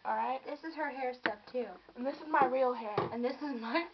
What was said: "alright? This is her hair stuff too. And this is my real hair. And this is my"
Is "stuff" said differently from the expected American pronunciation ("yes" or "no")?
yes